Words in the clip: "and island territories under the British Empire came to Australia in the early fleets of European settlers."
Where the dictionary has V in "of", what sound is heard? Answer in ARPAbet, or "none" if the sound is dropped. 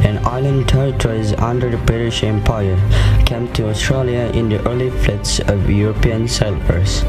V